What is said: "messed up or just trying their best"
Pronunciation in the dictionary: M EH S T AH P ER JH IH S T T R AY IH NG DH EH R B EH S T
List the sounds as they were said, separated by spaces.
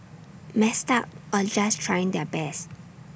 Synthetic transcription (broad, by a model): M EH S T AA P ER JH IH S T T R AY IH NG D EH B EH S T